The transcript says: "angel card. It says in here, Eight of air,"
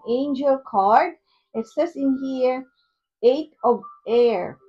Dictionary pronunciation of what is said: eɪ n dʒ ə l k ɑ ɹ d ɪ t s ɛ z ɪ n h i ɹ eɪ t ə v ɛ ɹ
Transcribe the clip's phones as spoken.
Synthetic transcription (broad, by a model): eɪ n dʒ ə l k ɑ ɹ d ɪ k s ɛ s ɪ n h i ɹ eɪ t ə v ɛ ɹ